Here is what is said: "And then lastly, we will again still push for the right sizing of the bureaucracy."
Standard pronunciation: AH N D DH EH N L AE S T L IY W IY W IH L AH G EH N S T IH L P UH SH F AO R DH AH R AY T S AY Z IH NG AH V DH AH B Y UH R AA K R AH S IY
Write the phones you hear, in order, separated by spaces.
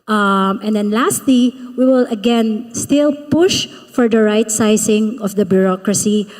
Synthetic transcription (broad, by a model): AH N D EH N L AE S T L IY W IY W IH L AH G EH N S T IH L P UH SH F AO R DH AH R AY T S AY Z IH NG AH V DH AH B Y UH R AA K R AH S IY